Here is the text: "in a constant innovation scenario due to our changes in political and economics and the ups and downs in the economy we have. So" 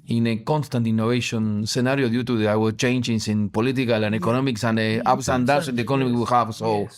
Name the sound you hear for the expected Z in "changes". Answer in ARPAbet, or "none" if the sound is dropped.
S